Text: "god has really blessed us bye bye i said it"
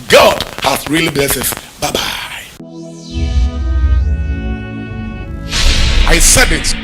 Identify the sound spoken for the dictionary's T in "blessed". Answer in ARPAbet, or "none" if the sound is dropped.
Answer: none